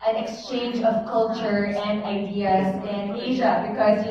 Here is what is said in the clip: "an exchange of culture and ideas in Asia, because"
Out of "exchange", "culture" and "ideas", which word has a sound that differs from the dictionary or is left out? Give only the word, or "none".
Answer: none